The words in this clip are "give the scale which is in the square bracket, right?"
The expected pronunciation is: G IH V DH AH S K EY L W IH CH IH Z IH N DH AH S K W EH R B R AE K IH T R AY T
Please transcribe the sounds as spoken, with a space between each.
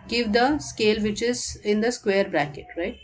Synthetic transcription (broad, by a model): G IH V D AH S K EY L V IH CH IH Z IH N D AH S K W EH R B R AE K IH T R AY T